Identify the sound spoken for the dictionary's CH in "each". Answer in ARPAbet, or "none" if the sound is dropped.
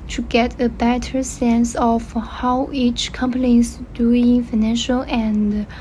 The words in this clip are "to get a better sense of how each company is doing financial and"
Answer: CH